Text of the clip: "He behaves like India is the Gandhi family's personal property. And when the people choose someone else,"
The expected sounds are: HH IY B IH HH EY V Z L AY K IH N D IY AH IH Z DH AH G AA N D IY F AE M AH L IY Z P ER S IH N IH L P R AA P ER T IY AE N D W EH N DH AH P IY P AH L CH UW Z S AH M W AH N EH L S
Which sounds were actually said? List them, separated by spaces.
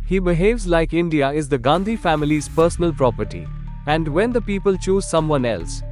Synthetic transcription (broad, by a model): HH IY B IH HH EY V Z L AY K IH N D IY AH IH Z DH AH G AA N D IY F AE M AH L IY Z P ER S IH N IH L P R AA P ER T IY AE N D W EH N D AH P IY P AH L CH UW Z S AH M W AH N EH L S